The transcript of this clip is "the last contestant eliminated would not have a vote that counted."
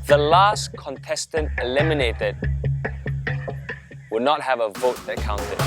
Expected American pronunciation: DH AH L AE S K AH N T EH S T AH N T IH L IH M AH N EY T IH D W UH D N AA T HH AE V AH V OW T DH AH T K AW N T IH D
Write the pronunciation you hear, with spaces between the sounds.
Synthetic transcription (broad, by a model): DH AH L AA S K AH N T EH S T AH N T IH L IH M AH N EY T IH D W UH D N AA T HH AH V AH V OW T DH AH T K AW N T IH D